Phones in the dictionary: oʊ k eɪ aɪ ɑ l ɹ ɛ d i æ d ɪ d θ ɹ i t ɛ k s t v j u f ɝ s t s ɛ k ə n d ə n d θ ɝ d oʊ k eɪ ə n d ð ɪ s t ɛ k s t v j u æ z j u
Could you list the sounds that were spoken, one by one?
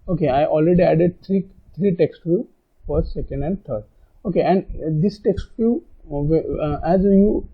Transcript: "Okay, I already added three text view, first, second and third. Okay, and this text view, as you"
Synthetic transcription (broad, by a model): oʊ k eɪ aɪ ɑ l ɹ ɛ d i æ d ɪ d t ɹ i t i k s t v j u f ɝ t s ɛ k ə n d ə n d t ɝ d oʊ k eɪ ə n d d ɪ s t ɛ k s t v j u æ z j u